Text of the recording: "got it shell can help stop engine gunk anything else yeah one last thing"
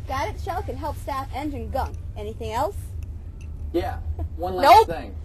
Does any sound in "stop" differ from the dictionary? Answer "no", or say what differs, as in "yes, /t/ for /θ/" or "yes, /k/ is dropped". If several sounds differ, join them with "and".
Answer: yes, /f/ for /p/